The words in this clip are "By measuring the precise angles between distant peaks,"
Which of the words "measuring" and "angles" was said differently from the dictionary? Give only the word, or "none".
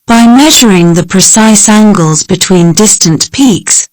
none